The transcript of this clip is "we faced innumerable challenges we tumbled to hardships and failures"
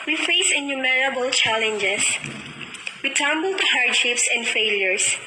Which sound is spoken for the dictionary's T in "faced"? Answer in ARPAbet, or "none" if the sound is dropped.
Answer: none